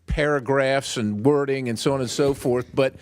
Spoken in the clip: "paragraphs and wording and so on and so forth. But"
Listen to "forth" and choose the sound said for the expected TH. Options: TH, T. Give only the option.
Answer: TH